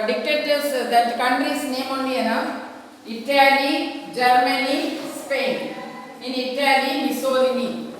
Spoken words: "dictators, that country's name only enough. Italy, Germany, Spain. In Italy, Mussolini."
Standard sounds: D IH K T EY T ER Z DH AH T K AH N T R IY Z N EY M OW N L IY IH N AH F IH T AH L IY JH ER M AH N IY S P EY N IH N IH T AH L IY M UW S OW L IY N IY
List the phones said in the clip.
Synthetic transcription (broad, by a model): D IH K T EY T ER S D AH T K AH N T R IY S N EY M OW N IY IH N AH IH T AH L IY JH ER M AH N IY S P EY N IH N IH T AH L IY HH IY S OW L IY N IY